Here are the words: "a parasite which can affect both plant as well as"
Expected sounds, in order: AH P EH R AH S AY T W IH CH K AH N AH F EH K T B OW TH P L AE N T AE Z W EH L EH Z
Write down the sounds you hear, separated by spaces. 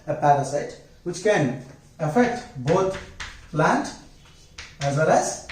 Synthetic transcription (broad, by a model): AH P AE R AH S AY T W IH CH K AH N AH F EH K T B OW T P L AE N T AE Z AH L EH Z